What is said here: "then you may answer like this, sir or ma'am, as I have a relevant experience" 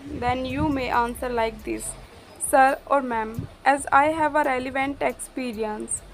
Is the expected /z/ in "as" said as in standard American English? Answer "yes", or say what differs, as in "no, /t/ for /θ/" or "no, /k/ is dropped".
yes